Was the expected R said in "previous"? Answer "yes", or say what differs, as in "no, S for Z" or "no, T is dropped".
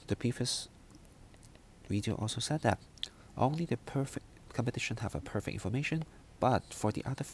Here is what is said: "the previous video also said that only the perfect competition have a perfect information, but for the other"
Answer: no, R is dropped